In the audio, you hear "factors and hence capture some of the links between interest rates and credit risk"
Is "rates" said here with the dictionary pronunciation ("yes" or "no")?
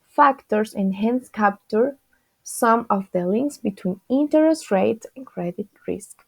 no